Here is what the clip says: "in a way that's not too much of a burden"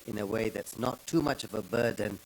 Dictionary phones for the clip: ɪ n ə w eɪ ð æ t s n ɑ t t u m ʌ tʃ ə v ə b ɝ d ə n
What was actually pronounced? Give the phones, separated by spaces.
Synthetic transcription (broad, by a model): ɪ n ə w eɪ ð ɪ t s n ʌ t t u m ʌ tʃ ə v ə b ɝ d n